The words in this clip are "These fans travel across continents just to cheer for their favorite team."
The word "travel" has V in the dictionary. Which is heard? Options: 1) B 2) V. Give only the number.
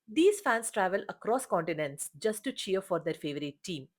2